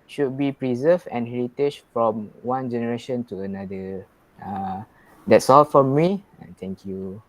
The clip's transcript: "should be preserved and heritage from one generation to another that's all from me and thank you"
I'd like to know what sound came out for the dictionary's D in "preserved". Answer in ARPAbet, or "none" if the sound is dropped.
none